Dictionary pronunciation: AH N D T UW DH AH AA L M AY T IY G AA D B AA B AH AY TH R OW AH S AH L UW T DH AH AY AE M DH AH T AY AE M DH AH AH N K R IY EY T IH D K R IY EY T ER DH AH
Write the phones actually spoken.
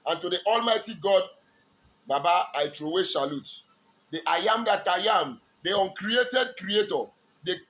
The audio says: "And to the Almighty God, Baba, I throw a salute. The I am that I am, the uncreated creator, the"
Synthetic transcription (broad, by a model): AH N T UW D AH AA L M AY T IY G AA D B AA B AH AY T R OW AH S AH L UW T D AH AY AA M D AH T AY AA M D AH AH N K R IY EY T IH D K R IY EY T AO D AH